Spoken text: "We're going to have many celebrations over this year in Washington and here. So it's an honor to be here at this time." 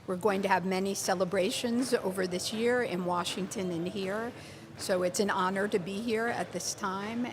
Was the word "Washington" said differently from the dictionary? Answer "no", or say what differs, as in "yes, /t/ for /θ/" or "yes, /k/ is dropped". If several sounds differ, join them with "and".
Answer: no